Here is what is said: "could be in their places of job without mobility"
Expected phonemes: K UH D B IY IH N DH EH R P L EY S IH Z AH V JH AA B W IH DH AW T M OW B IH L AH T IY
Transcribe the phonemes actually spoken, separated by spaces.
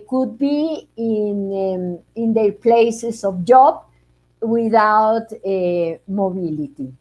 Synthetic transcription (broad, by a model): K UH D B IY IH N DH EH P L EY S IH S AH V JH AA B W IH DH AW T M OW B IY L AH T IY